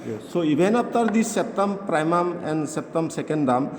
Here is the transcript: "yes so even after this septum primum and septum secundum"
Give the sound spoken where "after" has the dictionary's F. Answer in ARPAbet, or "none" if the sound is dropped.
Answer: P